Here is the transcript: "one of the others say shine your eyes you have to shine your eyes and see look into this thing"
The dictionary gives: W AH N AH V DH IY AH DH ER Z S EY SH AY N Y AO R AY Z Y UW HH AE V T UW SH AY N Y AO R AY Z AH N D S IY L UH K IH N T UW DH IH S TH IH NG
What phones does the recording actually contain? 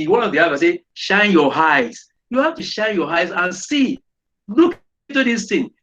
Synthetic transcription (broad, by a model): W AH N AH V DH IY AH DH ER S EY SH AY N Y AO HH AY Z Y UW HH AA F T UW SH AY N Y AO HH AY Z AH N S IY L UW K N T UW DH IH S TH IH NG